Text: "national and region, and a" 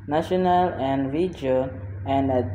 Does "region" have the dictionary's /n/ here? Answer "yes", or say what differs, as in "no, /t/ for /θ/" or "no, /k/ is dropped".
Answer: no, /n/ is dropped